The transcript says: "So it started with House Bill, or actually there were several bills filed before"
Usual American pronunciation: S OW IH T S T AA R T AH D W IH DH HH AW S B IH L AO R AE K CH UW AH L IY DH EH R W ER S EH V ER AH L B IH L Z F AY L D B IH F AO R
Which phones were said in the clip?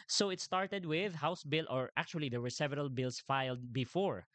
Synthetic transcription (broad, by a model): S OW IH T S T AA R T AH D W IH DH HH AW S B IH L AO R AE K CH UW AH L IY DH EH R W ER S EH V ER AH L B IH L S F AY L D B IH F AO R